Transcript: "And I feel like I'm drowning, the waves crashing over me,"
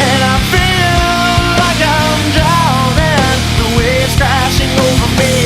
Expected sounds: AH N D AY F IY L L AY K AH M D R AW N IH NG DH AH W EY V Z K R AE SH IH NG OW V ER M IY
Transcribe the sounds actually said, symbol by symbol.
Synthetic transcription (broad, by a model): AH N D AY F IY L L AY K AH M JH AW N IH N DH AH W EY Z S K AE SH IH NG OW V ER M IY